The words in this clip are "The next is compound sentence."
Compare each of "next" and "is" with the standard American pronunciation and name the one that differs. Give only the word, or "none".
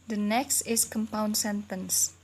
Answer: is